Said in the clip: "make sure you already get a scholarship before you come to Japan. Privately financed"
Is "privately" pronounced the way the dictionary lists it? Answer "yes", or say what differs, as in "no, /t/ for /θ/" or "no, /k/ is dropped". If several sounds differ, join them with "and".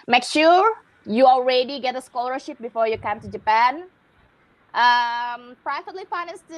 no, /f/ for /v/